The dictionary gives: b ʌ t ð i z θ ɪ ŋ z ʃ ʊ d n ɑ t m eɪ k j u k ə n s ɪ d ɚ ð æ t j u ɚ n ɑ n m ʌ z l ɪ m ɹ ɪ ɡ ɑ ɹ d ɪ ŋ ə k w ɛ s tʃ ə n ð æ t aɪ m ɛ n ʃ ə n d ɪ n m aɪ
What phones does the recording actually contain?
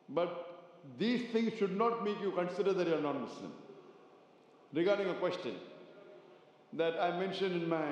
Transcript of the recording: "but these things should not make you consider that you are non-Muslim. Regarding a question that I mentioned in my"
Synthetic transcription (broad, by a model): b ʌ t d i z t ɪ ŋ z ʃ ʊ d n ɑ t m eɪ k j u k ə n s ɪ d ɚ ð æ t j u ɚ n ɑ n m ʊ s l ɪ m ɹ ɪ ɡ ɑ ɹ d ɪ ŋ ə k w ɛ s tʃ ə n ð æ t aɪ m ɛ n ʃ ə n d ɪ n m aɪ